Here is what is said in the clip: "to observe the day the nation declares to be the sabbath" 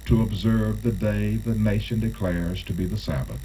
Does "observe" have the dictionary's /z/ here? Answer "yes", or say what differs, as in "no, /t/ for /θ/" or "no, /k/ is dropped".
yes